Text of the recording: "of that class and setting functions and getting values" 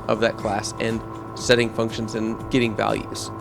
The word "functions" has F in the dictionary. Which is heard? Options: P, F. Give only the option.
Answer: F